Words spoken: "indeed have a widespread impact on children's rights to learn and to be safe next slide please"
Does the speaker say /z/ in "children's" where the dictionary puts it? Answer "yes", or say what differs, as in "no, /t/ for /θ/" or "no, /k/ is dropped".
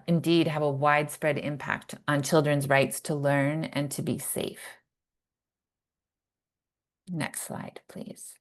yes